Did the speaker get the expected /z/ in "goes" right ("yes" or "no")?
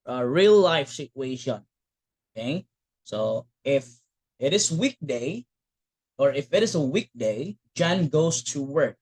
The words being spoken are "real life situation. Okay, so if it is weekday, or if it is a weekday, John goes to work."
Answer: no